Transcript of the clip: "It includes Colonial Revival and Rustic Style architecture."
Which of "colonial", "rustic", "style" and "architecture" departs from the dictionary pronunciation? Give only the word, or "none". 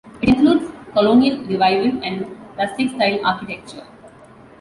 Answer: rustic